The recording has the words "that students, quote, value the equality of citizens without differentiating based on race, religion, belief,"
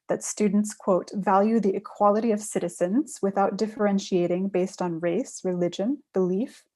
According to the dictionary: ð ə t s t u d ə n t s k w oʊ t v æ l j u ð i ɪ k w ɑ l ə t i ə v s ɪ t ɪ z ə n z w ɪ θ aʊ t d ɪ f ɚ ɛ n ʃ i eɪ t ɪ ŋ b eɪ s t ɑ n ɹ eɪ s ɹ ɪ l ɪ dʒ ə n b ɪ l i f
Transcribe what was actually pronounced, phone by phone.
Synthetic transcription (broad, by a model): ð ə t s t u d n t s k w oʊ t v æ l j u ð i ɪ k w ɑ l ə t i ə v s ɪ t ɪ z ə n z w ɪ θ aʊ t d ɪ f ɚ ɛ n ʃ i eɪ t ɪ ŋ b eɪ s t n ɹ eɪ s ɹ ɪ l ɪ dʒ ə n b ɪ l i f